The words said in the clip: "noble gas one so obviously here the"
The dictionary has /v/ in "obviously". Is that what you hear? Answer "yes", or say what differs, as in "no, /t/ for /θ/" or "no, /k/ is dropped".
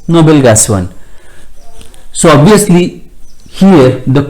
no, /v/ is dropped